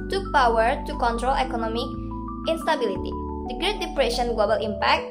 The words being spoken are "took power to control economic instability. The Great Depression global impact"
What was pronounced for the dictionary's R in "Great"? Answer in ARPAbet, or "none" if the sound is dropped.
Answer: R